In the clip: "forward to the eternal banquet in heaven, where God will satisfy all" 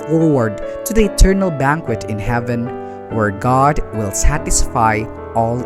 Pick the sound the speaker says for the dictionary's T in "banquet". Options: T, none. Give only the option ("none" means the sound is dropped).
T